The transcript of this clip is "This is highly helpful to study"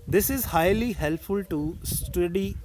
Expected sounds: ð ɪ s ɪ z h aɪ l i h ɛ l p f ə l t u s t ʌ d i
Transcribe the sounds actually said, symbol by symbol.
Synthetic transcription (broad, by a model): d ɪ s ɪ z h aɪ l i h ɛ l p f ə l t u s t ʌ d i